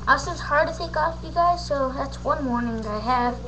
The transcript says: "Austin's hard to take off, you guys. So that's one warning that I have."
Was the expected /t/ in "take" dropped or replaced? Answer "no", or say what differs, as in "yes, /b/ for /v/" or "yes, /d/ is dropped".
yes, /s/ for /t/